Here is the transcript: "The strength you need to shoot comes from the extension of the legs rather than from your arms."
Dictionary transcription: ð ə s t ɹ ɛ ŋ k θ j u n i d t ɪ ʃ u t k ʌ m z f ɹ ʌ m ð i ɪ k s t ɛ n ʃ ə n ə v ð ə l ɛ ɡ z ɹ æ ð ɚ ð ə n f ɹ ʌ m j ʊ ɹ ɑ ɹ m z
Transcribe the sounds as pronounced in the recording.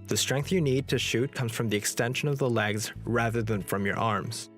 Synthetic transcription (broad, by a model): ð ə s t ɹ ɛ ŋ k θ j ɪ n i d t ɪ ʃ u t k ʌ m z f ɹ ʌ m ð i ɪ k s t ɛ n ʃ ə n ə v ð ə l ɛ ɡ z ɹ æ ð ɚ ð ə n f ɹ ʌ m j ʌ ɹ ɑ ɹ m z